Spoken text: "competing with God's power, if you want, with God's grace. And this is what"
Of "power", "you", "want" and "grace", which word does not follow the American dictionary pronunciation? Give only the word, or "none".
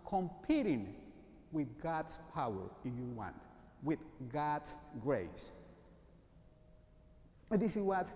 grace